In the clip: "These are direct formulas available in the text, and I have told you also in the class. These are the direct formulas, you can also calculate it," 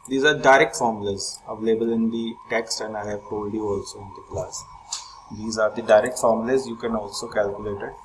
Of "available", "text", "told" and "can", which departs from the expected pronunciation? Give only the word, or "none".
told